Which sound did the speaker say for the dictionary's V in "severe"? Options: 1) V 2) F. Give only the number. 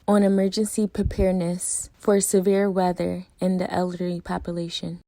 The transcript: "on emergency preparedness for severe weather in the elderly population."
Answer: 1